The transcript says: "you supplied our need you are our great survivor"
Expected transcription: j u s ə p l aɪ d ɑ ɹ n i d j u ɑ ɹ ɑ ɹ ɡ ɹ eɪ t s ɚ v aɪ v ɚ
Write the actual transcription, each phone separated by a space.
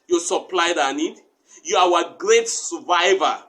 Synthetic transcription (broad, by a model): j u s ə p l aɪ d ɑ n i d j u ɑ w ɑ ɡ ɹ eɪ t s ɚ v aɪ v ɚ